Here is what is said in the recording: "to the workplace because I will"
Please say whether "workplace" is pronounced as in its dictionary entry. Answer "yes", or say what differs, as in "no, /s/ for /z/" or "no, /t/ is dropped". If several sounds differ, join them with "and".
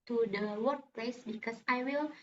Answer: yes